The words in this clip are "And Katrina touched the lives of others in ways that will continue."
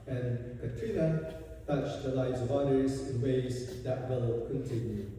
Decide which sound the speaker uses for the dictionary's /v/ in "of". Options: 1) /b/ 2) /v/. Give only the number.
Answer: 2